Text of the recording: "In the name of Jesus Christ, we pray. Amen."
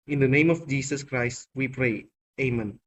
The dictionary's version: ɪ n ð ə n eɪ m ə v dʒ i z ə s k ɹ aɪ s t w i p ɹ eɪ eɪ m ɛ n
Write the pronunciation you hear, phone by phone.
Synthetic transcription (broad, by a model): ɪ n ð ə n eɪ m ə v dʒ i s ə s k ɹ aɪ s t w i p ɹ eɪ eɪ m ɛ n